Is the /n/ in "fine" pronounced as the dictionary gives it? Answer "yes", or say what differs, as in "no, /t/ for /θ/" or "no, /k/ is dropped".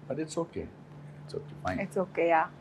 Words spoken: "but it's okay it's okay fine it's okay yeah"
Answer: no, /n/ is dropped